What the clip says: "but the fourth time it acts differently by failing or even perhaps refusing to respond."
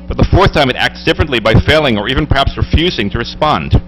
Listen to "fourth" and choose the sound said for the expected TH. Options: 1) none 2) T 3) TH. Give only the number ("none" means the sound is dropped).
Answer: 3